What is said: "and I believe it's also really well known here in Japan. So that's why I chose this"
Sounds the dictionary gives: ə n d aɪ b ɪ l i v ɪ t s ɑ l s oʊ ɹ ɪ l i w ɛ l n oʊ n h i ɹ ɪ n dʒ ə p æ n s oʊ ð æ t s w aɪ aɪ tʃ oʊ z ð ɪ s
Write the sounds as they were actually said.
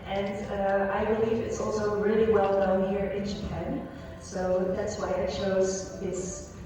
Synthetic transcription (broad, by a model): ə n aɪ b ɪ l i v ɪ t s ɑ l s oʊ ɹ ɪ l i w ɛ l n oʊ n h i ɹ ɪ n dʒ ə p æ n s oʊ ð æ t s w aɪ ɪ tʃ oʊ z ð ɪ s